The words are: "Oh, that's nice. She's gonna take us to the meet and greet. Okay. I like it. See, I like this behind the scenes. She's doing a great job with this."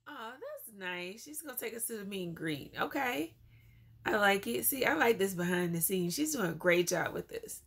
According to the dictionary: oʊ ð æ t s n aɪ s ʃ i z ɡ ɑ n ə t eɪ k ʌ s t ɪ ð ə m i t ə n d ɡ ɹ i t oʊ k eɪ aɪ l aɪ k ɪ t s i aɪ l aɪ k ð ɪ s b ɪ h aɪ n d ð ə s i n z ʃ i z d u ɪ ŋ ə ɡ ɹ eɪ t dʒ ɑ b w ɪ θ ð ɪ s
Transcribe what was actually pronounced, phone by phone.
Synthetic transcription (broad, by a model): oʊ ð æ t s n aɪ s ʃ i z ɡ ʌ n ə t eɪ k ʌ s t ɪ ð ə m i ə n ɡ ɹ i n oʊ k eɪ aɪ l aɪ k ɪ t s i aɪ l aɪ k ð ɪ s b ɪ h aɪ n ð ə s i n ʃ i z d u ɪ ŋ ə ɡ ɹ eɪ t dʒ ɑ b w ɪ ð ɪ s